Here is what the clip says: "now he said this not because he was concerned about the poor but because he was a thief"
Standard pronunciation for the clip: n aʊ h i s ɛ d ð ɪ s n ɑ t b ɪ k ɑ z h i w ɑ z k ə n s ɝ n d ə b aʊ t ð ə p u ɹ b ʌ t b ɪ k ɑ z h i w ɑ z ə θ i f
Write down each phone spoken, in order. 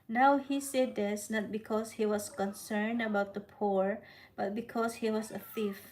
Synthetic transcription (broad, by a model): n aʊ h i s ɛ d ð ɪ s n ɑ t b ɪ k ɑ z h i w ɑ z k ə n s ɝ n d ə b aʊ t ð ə p u ɹ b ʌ t b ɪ k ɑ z h i w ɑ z ə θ i f